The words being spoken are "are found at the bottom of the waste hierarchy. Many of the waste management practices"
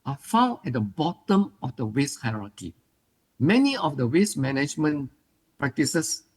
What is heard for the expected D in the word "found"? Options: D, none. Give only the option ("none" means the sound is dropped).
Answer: none